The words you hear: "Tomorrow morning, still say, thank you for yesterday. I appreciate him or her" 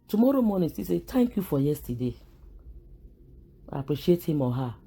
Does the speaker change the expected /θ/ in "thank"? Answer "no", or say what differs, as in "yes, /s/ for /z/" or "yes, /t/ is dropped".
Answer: yes, /t/ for /θ/